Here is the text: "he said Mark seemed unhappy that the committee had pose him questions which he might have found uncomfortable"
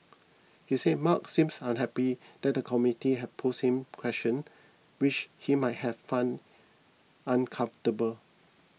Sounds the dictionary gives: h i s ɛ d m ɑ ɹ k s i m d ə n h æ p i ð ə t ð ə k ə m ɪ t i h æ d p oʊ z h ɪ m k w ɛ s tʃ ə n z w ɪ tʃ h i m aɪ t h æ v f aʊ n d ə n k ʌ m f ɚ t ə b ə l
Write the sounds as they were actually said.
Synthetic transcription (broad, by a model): h i s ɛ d m ɑ k s i m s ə n h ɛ p i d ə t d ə k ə m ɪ t i h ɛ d p oʊ s h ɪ m k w ɛ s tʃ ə n w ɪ tʃ h i m aɪ t h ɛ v f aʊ n ə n k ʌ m f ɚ t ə b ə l